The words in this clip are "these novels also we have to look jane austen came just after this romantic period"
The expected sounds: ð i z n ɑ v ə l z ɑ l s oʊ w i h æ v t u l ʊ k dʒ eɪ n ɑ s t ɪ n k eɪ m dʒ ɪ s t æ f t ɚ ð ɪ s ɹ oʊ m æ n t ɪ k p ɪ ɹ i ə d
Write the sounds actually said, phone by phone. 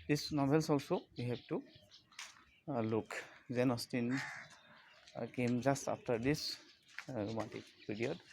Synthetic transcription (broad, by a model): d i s n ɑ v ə l s ɑ l s oʊ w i h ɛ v t u l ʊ k z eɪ n ɑ s t ɪ n k eɪ m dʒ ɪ s t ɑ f t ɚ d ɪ s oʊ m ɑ t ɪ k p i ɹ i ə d